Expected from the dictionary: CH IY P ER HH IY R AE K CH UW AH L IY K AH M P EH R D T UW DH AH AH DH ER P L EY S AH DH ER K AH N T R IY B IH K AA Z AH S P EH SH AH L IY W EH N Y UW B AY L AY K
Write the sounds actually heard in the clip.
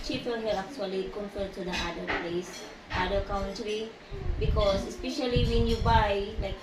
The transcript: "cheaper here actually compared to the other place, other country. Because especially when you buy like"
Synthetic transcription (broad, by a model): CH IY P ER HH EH L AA K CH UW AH L IY K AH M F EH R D T UW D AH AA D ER P L EY S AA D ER K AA N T R IY B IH K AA S AH S P EH SH AH L IY W EH N Y UW B AY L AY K